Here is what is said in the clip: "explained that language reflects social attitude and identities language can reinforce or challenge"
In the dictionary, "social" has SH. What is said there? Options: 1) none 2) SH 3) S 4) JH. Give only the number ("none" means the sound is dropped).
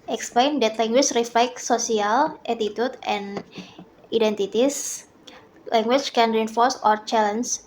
1